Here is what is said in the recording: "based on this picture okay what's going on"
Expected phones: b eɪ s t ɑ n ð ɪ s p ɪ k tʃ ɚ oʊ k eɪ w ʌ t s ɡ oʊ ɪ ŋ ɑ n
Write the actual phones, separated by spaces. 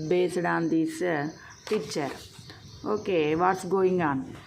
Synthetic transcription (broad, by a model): b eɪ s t ɑ n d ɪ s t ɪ tʃ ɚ oʊ k eɪ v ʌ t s ɡ oʊ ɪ ŋ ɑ n